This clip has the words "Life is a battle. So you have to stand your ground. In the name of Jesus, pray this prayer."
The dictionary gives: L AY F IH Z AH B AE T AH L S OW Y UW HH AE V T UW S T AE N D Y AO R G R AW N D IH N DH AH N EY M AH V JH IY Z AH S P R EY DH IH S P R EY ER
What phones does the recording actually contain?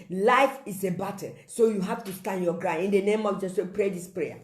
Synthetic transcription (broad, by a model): L AY F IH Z AH B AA T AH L S OW Y UW HH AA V T UW S T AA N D Y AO G R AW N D IH N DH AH N EY M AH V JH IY S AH P R EY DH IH S P R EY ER